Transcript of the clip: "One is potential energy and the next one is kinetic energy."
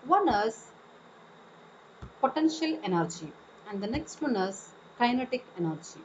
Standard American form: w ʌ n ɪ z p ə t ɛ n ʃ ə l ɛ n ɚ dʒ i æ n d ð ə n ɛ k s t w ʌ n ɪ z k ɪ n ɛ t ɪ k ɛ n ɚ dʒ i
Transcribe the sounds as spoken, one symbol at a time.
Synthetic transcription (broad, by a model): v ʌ n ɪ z p ə t ɛ n ʃ ə l ɛ n ɚ dʒ i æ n d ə n ɛ k s t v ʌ n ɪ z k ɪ n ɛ t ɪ k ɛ n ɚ dʒ i